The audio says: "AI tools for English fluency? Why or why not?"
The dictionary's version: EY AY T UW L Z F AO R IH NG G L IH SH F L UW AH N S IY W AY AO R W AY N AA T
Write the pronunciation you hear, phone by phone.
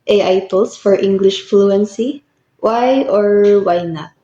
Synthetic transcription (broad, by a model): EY AY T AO L S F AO R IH NG G L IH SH F L UW AH N S IY W AY AO R W AY N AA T